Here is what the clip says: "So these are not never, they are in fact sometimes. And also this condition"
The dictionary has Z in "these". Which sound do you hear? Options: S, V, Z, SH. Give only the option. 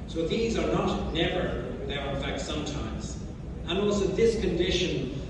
Z